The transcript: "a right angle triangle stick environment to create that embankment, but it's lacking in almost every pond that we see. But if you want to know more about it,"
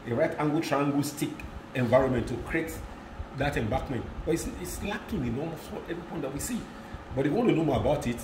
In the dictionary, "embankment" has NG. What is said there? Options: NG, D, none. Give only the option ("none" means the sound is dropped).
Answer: none